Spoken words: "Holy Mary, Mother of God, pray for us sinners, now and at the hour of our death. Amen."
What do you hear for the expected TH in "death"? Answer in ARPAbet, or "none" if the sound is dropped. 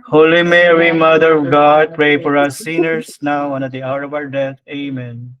T